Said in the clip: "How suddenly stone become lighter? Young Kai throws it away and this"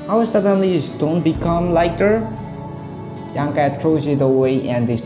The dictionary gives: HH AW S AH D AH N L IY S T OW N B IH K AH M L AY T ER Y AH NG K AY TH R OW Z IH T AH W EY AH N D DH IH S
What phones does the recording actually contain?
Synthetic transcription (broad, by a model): HH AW S AH D AH N L IY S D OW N B IH K AH M L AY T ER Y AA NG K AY T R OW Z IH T AH W EY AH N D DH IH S